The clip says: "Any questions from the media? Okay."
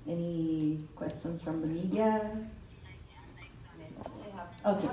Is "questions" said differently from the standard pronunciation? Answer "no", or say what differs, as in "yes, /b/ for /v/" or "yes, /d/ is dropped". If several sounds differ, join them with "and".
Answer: yes, /s/ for /z/